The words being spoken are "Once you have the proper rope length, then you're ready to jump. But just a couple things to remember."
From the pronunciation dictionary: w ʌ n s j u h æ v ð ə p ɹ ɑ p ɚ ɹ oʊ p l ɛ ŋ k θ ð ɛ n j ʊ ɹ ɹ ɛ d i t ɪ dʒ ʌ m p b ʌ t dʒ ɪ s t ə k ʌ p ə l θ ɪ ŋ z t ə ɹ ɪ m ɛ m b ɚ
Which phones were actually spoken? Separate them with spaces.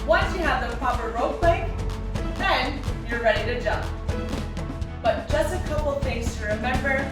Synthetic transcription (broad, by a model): w ʌ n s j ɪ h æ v ð ə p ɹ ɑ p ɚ ɹ oʊ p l ɛ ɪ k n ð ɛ n j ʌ ɹ ɹ ɛ d i t ɪ dʒ ʌ m p b ʌ t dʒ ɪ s ə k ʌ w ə l f ɪ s t ə ɹ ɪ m ɛ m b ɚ